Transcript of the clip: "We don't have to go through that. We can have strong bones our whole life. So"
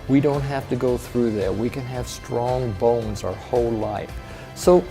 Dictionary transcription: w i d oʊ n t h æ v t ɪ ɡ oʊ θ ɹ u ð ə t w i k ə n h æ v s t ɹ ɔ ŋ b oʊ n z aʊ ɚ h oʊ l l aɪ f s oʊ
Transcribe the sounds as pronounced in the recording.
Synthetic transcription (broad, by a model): w i d oʊ n t h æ f t ɪ ɡ oʊ θ ɹ u ð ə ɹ w i k ə n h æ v s t ɹ ɔ ŋ b oʊ n z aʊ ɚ h oʊ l l aɪ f s oʊ